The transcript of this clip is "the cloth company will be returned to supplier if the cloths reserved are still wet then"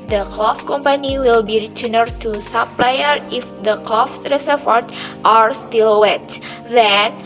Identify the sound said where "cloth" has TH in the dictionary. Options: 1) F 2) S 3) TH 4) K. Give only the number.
1